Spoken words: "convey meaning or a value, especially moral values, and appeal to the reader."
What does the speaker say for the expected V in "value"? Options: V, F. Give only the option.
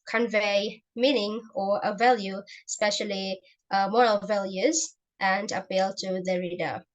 V